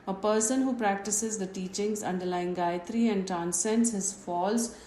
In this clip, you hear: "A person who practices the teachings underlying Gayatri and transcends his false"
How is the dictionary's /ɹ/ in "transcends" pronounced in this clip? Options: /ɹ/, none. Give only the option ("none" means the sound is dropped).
none